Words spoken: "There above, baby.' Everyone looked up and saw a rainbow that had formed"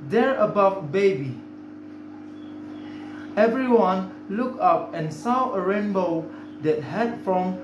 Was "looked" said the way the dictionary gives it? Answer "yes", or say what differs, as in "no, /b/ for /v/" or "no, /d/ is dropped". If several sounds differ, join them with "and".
no, /t/ is dropped